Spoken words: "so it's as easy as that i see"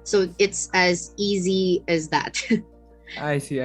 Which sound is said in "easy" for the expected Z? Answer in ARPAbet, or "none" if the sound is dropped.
Z